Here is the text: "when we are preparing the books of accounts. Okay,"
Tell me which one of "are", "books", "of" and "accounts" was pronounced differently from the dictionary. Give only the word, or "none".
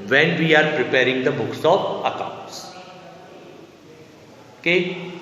of